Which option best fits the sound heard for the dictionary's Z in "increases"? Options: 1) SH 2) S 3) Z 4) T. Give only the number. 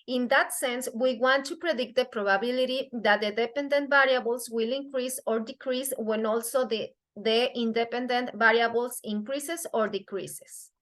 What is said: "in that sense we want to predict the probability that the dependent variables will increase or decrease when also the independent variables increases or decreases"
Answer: 2